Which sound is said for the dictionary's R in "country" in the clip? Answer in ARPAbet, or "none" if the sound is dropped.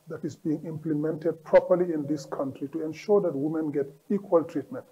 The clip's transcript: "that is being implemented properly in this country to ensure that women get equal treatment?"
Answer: R